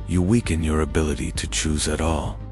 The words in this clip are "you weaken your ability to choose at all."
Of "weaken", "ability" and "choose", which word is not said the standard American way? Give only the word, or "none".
none